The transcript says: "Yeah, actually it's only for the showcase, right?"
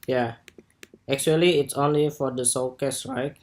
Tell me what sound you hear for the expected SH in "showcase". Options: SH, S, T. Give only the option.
S